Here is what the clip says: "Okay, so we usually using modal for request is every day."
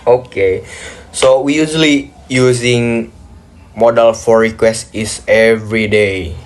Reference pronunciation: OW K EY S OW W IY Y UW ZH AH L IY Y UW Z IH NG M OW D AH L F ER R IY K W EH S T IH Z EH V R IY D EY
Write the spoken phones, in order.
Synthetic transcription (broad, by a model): OW K EY S OW W IY Y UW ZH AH L IY Y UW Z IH NG M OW D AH L F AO R IY K W EH S T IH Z EH V R IY D EY